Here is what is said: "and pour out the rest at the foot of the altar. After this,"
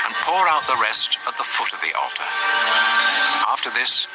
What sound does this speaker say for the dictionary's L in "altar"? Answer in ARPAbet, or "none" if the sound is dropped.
L